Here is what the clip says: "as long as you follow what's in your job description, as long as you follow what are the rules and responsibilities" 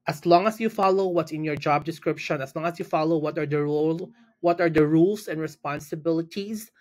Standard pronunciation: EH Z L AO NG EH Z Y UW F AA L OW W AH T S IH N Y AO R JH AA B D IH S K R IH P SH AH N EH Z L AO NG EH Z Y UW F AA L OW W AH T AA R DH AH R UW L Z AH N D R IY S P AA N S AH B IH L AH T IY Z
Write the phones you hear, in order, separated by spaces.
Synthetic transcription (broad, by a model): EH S L AO NG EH S Y UW F AA L OW W AH T S IH N Y AO R JH AA B D IH S K R IH P SH AH N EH S L AO NG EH S Y UW F AA L OW W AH T AA R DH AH R UW L S AH N D R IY S P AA N S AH B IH L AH T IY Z